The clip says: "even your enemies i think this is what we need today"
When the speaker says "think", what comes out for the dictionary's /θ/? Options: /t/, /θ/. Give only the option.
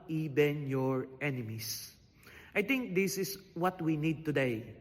/t/